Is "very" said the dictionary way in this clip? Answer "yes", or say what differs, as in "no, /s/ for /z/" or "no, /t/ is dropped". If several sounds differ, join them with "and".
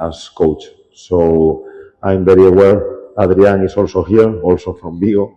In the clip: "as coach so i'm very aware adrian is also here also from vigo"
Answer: no, /b/ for /v/